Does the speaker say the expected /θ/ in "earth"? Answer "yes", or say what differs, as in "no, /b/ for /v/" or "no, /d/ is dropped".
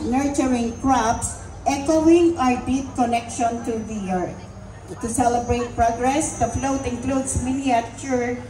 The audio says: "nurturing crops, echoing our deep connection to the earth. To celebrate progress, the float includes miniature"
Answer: no, /t/ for /θ/